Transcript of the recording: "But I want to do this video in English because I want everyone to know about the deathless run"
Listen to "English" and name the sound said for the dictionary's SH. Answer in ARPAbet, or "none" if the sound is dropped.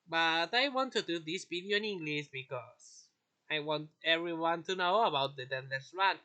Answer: S